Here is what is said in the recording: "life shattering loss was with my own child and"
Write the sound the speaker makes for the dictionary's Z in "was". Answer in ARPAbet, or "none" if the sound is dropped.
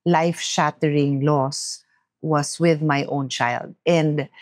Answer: S